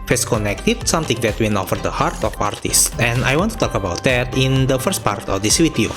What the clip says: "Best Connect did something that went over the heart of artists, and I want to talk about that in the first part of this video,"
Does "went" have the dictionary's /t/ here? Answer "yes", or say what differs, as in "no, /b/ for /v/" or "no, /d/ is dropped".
no, /t/ is dropped